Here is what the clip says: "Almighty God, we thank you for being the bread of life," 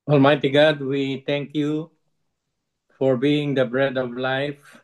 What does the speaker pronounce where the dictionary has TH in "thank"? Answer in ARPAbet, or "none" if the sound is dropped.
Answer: T